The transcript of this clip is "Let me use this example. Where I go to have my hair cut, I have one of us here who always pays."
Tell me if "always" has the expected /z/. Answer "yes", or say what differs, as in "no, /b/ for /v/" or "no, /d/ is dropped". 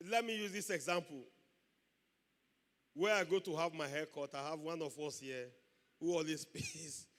no, /s/ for /z/